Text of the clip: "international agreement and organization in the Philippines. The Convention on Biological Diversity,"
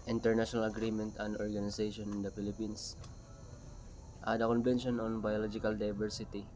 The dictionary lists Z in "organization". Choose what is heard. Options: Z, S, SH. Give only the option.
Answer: S